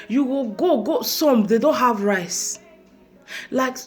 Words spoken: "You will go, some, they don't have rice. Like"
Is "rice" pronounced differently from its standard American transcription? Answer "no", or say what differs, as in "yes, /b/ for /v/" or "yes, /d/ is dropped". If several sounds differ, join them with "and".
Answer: no